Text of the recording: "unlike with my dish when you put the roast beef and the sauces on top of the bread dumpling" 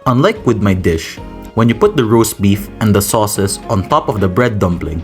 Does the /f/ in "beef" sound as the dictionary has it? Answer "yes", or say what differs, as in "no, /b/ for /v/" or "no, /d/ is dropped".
yes